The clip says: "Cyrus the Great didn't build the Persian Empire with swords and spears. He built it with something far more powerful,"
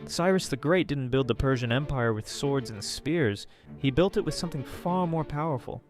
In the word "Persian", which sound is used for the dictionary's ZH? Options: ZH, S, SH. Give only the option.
ZH